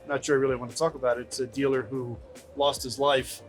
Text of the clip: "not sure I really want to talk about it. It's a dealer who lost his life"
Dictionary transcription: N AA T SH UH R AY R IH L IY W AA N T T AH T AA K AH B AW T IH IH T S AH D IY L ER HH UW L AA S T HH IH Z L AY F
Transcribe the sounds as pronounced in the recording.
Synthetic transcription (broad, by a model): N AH T SH UH R AY R IH L IY W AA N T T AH T AA K AH B AW T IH IH T S AH D IY L ER HH UW L AA S T HH IH Z L AY F